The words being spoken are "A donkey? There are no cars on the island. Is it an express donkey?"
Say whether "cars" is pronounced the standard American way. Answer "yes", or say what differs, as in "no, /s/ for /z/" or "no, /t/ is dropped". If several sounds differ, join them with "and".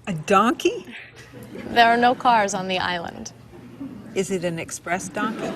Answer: yes